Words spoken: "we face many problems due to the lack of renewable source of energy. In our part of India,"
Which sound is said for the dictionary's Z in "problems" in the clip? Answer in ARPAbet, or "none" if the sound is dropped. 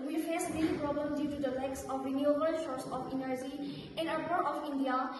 none